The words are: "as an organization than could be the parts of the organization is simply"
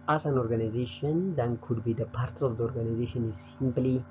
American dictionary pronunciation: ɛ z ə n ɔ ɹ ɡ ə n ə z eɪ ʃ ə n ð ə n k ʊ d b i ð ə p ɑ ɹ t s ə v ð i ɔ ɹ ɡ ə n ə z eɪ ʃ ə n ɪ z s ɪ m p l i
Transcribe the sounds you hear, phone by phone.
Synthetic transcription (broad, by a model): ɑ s ə n ɔ ɹ ɡ ə n ə z eɪ ʃ ə n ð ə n k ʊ d b i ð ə p ɑ ɹ t s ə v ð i ɔ ɹ ɡ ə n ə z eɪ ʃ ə n ɪ z s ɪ m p l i